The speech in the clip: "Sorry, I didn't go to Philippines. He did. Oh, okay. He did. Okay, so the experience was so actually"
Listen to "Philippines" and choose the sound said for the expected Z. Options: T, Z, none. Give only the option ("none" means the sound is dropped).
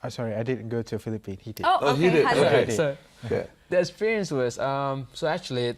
none